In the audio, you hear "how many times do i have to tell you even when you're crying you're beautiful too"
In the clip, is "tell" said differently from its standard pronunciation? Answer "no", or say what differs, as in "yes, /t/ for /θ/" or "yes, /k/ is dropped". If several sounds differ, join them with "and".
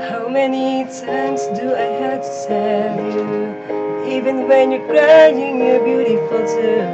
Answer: yes, /s/ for /t/